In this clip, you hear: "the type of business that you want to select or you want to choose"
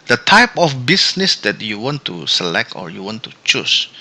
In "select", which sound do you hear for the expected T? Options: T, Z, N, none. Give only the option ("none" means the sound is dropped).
T